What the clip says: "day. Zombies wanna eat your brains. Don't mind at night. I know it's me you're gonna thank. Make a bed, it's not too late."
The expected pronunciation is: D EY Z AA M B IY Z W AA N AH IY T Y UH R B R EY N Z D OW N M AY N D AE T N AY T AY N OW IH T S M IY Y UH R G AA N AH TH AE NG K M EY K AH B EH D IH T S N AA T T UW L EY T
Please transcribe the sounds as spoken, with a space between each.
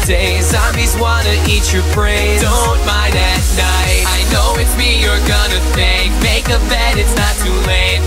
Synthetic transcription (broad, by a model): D EY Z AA M IY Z W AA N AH IY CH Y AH R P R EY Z D OW N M AY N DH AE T N AY T AY N OW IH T M IY Y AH R G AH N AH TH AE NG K M EY K AH B EH D IH T S N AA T T UW L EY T